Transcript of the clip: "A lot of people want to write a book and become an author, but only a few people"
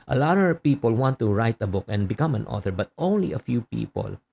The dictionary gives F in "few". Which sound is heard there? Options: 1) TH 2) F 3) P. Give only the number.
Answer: 2